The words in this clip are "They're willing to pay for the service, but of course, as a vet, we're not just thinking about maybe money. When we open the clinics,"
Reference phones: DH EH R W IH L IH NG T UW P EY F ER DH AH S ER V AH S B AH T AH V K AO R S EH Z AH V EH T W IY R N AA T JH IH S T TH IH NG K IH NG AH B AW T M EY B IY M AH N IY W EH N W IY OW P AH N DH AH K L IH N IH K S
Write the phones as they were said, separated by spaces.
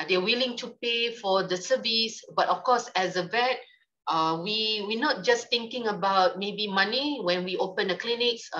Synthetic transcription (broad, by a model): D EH W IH L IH NG T UW P EY F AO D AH S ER V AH S B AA T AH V K AO S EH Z AH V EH T W IY W N AA T JH IH S T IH NG K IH NG AH B AW T M EY B IY M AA N IY W EH N W IY OW P AH N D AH K L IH N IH K S